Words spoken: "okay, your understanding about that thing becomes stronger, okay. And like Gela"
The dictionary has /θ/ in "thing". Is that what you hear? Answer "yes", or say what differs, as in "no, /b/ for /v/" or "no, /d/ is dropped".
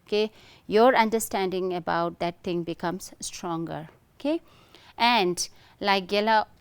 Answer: no, /t/ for /θ/